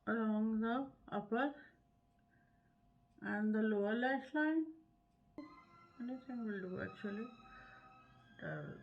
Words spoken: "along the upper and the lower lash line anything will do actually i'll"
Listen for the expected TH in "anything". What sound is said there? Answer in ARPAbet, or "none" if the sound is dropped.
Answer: S